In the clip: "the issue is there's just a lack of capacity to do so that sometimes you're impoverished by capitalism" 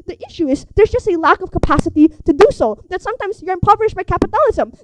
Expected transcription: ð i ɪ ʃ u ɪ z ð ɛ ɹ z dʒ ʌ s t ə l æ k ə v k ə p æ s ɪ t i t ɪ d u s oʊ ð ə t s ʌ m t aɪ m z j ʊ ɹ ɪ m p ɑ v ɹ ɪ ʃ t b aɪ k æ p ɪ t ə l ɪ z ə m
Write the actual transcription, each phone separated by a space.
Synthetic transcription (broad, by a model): ð i ɪ ʃ u ɪ z ð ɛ ɹ z dʒ ʌ s t ə l æ k ə v k ə p æ s ɪ t i t ɪ d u s oʊ ð ə t s ʌ m t aɪ m z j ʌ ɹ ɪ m p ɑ v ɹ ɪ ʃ b aɪ k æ p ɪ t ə l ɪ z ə m